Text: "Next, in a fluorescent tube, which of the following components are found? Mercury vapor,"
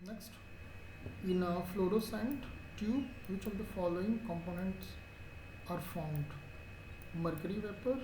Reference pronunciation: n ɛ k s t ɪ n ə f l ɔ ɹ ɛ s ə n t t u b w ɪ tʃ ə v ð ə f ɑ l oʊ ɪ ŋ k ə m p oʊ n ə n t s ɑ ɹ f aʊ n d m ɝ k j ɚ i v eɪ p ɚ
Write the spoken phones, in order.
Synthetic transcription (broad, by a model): n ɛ k s t ɪ n ə f l ɔ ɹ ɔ s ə n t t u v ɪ tʃ ə v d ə f ɑ l oʊ ɪ ŋ k ə m p oʊ n ə n t s ɑ ɹ f aʊ n d m ɝ k j ɚ i v eɪ p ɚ